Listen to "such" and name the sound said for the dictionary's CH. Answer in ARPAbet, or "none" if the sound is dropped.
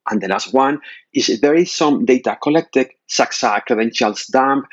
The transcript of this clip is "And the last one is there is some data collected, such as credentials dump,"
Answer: S